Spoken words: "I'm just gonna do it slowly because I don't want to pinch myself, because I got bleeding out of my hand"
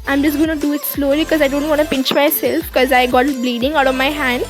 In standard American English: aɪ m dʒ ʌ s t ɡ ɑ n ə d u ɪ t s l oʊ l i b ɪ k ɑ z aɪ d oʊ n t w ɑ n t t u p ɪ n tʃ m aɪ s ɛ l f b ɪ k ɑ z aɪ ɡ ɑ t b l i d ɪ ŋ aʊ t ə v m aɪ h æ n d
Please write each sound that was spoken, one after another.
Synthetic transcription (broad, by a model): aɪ m dʒ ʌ s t ɡ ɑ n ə d u ɪ t s l oʊ l i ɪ k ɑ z aɪ d oʊ n t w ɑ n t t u p ɪ n tʃ m aɪ s ɛ l f k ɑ z aɪ ɡ ɑ t b l i d ɪ ŋ aʊ t ə v m aɪ h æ n d